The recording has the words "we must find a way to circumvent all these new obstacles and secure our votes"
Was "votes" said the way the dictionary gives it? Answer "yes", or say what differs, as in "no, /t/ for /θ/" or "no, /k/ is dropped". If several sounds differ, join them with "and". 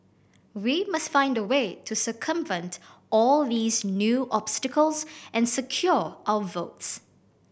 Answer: yes